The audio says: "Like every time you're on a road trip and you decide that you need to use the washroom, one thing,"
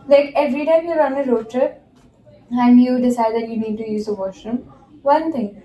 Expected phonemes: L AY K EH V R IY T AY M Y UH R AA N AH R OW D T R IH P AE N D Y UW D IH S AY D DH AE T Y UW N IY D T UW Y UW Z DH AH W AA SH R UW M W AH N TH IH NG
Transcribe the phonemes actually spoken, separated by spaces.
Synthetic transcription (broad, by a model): L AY K EH V R IY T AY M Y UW R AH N AH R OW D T IH AE N D Y UW D IH S AY D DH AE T Y UW N IY D T UW Y UW Z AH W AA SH AH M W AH N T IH NG